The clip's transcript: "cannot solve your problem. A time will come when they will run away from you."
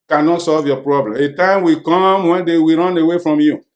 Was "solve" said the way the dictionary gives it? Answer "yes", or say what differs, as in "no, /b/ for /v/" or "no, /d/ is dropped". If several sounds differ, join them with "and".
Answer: yes